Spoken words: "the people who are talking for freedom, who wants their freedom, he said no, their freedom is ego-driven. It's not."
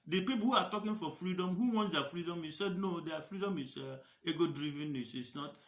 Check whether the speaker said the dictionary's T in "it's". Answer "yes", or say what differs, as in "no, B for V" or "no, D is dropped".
no, S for T